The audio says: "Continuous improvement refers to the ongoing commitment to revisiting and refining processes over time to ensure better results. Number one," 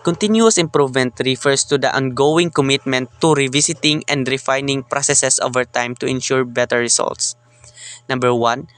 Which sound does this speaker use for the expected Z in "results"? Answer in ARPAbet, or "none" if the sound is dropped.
S